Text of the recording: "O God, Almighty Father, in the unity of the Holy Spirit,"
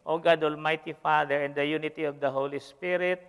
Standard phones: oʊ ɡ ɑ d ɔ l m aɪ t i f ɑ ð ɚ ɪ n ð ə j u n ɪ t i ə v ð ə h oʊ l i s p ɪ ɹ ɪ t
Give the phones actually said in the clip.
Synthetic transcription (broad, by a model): oʊ ɡ ɑ d ɔ l m aɪ t i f ɑ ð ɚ ɪ n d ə j u n ɪ t i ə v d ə h oʊ l i s p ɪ ɹ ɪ t